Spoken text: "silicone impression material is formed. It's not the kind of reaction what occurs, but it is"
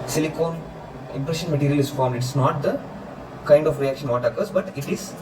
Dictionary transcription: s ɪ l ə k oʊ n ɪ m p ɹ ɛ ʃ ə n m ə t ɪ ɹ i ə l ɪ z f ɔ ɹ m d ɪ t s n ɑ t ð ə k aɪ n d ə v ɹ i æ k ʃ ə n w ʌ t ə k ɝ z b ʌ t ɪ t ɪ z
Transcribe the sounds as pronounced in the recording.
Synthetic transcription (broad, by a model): s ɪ l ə k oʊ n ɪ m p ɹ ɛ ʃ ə n m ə t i ɹ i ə l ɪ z f ɔ ɹ m d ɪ t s n ɑ t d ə k aɪ n d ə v ɹ i æ k ʃ ə n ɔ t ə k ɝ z b ʌ t ɪ t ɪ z